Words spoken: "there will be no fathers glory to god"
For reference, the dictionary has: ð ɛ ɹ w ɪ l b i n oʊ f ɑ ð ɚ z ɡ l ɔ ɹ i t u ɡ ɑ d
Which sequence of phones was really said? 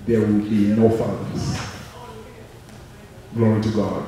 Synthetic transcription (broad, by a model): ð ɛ w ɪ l b i n oʊ f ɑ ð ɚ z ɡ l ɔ i t u ɡ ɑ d